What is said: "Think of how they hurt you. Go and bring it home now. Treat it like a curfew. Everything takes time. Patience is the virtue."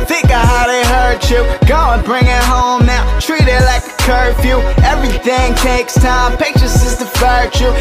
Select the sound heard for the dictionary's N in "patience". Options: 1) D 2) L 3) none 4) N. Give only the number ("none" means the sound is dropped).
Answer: 3